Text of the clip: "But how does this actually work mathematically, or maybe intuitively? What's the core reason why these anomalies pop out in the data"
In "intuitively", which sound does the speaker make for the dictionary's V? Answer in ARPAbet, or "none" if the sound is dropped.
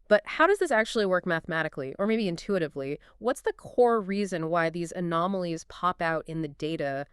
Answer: V